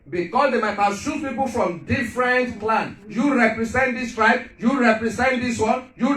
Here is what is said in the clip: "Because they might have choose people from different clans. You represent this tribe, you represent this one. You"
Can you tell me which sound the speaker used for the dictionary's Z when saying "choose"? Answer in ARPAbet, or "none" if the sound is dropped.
none